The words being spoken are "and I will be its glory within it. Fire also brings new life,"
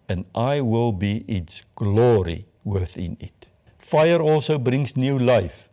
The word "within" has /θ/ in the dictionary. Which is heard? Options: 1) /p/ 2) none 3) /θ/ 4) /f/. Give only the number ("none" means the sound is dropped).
3